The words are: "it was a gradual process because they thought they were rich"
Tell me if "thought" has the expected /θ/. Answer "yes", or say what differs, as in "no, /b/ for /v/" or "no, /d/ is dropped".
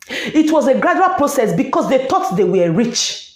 no, /t/ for /θ/